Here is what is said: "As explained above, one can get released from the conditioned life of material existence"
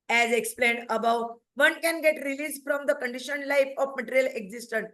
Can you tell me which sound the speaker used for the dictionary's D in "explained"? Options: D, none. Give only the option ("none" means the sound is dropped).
D